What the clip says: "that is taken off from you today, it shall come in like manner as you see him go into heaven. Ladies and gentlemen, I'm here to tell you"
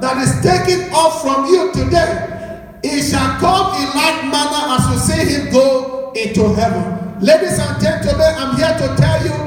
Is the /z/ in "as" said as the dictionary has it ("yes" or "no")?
no